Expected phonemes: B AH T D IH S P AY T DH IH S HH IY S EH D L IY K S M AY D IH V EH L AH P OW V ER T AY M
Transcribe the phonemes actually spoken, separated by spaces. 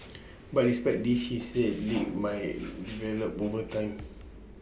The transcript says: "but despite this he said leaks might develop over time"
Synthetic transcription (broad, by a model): B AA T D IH S P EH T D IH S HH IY S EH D L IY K M AY D IH V EH L AH P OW V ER T AY M